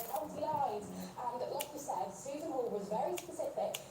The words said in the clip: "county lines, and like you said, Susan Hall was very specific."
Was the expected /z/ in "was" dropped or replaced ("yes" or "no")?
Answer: no